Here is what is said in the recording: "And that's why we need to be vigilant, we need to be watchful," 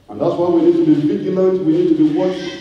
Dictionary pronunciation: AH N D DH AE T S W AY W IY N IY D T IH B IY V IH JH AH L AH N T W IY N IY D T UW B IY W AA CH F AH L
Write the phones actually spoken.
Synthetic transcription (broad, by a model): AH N DH AE T S W AY W IY N IY D T IH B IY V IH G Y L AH T W IY N IY D T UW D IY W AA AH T